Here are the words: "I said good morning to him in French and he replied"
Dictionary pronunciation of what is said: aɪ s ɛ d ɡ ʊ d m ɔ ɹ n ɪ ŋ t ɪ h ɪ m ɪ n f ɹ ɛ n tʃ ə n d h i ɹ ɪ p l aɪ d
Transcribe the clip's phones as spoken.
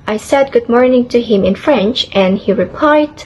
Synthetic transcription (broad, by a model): aɪ s ɛ d ɡ ʊ d m ɔ ɹ n ɪ ŋ t ɪ h ɪ m ɪ n f ɹ ɛ n tʃ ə n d h i ɹ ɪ p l aɪ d